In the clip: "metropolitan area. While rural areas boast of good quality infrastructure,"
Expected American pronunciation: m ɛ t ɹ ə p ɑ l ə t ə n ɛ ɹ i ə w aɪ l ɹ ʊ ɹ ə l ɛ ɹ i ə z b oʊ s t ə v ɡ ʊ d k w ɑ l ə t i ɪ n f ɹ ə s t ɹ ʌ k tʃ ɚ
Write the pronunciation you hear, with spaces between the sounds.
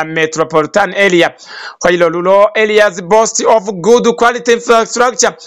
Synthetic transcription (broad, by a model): m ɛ t ɹ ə p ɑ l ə t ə n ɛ l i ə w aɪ l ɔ l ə l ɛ l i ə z b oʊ s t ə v ɡ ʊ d k w ɑ l ə t i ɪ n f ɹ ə s t ɹ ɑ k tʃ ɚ